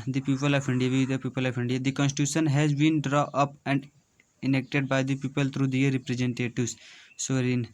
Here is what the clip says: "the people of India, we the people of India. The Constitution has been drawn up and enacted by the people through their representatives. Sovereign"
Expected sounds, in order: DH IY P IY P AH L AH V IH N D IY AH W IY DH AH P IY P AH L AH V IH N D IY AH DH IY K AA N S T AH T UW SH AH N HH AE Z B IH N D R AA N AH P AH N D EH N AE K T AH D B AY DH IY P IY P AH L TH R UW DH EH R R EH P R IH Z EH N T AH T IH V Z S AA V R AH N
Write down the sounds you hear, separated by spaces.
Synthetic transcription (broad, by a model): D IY P IY P AH L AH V IH N D IY AH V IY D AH P IY P AH L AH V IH N D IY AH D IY K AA N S T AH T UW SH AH N HH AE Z B IH N D R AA AH P AH N D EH N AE K T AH D B AY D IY P IY P AH L T R UW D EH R R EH P R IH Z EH N T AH T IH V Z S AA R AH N